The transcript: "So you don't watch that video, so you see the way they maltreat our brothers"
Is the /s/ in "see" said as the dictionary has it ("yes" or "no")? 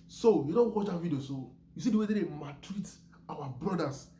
yes